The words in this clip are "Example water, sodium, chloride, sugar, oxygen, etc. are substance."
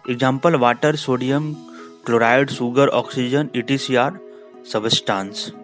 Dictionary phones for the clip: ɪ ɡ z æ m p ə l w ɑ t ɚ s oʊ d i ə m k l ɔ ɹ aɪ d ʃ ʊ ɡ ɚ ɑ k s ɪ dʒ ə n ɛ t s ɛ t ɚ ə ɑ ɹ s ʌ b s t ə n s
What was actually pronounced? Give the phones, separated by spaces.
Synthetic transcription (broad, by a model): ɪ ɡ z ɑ m p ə l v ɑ t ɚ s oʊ d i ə m k l ɔ ɹ aɪ d s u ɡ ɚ ɑ k s ɪ dʒ ə n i t i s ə ɑ ɹ s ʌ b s t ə n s